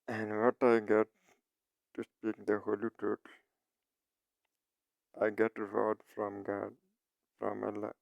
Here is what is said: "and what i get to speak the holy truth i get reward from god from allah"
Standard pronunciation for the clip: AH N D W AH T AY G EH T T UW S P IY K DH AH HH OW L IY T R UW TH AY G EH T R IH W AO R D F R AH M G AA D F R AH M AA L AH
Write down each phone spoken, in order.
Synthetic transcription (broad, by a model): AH N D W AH T AY G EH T T UW S P IY K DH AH HH OW L IY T UW T AY G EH T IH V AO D F R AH M G AA D F R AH M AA L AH